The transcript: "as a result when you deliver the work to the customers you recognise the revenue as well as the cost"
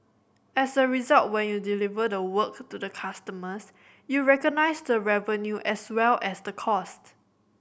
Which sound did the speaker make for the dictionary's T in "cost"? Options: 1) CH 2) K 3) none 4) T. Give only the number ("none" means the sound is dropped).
4